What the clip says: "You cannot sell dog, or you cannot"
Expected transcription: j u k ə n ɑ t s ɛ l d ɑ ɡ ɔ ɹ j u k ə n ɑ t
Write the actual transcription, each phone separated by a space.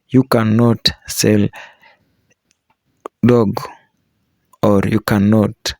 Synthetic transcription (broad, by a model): j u k ə n ɑ t s ɛ l d ɑ ɡ ɔ ɹ j u k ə n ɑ t